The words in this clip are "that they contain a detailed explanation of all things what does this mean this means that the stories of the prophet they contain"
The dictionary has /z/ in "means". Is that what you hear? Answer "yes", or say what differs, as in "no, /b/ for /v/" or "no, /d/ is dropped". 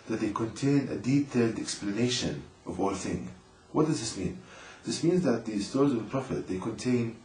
yes